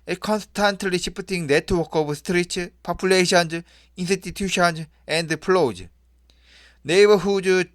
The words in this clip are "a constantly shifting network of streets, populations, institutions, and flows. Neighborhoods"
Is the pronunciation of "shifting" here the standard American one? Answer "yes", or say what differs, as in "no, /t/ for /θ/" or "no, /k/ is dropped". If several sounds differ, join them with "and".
no, /p/ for /f/